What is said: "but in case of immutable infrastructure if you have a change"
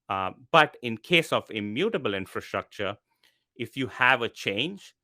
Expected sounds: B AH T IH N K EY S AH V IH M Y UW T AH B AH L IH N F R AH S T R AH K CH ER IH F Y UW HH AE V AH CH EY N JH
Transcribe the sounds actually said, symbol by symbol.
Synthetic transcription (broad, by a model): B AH T IH N K EY S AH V IH M Y UW T AH B AH L IH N F R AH S T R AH K CH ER IH F Y UW HH AE V AH CH EY N JH